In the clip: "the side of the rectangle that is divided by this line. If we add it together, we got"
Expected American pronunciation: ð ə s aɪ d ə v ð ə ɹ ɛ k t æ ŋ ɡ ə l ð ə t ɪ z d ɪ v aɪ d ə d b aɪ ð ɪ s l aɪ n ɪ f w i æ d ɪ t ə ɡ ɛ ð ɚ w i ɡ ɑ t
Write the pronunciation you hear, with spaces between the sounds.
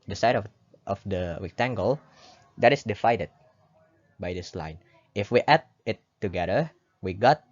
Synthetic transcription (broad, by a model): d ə s aɪ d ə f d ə w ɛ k t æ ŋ ɡ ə l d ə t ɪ s d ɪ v aɪ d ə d b aɪ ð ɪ s l aɪ n ɪ f w i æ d ɪ t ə ɡ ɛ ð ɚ w i ɡ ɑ t